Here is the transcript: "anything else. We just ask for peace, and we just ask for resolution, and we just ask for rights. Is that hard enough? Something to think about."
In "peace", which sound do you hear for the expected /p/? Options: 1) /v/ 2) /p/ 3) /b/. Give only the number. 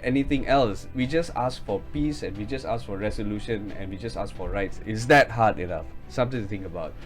2